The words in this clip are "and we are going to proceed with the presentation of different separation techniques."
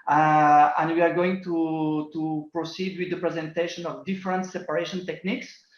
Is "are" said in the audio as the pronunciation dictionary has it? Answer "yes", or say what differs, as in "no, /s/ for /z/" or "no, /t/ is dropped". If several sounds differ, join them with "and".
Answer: yes